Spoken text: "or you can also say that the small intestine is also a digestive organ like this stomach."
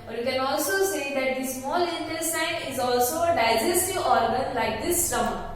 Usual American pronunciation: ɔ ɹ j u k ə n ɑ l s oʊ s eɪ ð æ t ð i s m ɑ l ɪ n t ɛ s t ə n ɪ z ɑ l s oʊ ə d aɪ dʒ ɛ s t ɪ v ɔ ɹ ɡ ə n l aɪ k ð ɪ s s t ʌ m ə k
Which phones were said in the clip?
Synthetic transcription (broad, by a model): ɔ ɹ j u k ə n ɑ l s oʊ s eɪ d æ t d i s m ɑ l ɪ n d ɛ s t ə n ɪ z ɑ l s oʊ ə d aɪ dʒ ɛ s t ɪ ɔ ɹ ɡ ə n l aɪ k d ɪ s s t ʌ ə